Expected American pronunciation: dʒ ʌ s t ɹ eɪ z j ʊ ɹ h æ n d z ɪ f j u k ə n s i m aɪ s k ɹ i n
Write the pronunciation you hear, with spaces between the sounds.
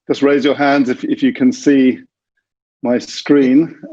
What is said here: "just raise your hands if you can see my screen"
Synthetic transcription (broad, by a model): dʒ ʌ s t ɹ eɪ z j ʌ h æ n d z ɪ f j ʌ k ə n s i m aɪ s k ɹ i n